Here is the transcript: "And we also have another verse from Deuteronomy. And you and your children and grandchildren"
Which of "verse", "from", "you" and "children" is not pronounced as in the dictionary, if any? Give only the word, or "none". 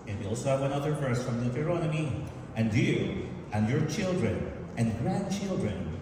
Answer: verse